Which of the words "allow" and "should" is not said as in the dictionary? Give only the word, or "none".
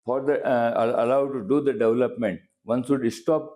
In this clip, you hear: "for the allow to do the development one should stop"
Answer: should